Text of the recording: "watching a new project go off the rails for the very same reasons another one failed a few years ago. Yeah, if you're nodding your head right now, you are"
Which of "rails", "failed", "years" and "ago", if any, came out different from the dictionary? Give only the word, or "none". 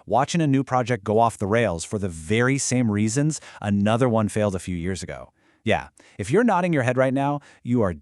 none